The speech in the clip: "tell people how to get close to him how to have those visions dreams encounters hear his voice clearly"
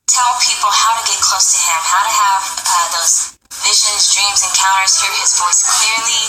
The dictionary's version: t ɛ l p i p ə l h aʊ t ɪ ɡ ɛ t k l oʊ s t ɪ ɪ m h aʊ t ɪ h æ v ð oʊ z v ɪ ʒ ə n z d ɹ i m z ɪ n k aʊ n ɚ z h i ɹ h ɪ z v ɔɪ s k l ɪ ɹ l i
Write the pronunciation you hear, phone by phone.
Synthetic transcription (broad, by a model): t ɛ l p i p l h aʊ t ɪ ɡ ɛ t k l oʊ s t ɪ ɪ m h aʊ t ɪ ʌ v ð oʊ z v ɪ ʒ ə n z d ɹ i m z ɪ n k aʊ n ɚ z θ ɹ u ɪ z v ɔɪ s k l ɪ ɹ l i